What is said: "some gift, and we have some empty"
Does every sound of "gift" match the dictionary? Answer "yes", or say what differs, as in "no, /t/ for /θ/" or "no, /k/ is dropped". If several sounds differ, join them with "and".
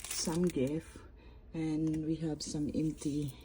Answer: no, /t/ is dropped